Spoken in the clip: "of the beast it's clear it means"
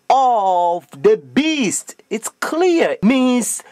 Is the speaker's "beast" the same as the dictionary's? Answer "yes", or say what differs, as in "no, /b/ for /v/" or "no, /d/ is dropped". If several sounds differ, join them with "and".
yes